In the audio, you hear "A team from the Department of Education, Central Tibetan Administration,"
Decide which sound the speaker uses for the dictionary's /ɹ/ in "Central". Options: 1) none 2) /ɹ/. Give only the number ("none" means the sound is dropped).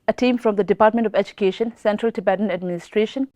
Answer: 2